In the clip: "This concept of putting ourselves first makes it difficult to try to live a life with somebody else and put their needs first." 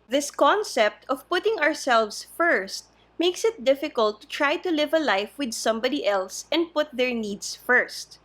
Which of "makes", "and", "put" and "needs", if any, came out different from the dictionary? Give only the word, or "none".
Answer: needs